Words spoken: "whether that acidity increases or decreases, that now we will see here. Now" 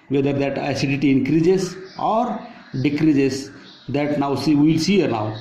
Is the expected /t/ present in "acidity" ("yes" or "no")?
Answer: yes